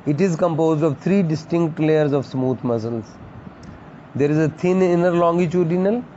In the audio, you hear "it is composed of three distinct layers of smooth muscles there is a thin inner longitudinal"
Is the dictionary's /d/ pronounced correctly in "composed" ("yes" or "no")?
yes